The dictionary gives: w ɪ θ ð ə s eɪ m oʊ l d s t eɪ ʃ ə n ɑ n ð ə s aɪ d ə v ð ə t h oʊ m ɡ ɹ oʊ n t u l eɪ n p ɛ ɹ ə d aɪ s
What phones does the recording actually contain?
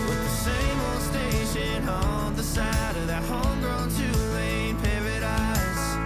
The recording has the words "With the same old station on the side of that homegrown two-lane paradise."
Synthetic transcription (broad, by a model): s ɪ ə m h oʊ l s t eɪ ʃ ə n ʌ n ð ə s aɪ d ə v ð ə t h oʊ m ɡ ɹ oʊ n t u l eɪ n p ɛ ɹ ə d aɪ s